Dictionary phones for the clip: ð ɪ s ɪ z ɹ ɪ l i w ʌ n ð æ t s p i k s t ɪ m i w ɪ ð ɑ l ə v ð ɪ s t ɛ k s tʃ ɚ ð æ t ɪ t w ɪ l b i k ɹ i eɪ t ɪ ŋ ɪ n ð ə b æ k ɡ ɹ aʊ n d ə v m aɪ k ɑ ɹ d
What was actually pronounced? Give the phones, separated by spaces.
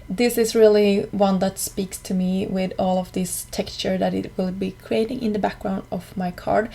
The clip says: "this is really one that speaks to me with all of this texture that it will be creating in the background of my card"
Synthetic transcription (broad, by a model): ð ɪ s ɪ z ɹ ɪ l i w ʌ n ð æ t s p i k s t ɪ m i w ɪ ð ɑ l ə v ð ɪ s t ɛ k s tʃ ɚ ð æ t ɪ t w ɪ l b i k ɹ i eɪ t ɪ ŋ ɪ n ð ə b æ k ɡ ɹ aʊ n d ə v m aɪ k ɑ ɹ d